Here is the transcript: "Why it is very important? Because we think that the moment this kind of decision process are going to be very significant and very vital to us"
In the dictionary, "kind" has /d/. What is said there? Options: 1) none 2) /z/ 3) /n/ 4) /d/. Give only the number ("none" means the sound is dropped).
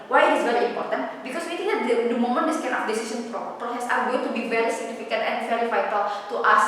1